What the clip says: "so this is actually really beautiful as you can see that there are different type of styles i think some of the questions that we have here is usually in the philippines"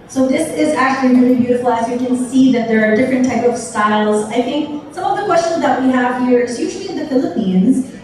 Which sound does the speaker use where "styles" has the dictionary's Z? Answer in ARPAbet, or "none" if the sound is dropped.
Z